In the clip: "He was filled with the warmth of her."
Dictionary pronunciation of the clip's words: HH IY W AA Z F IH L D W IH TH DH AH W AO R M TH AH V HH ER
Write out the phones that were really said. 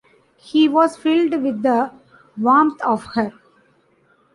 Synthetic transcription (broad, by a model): HH IY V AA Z F IH L D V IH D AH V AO M T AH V HH ER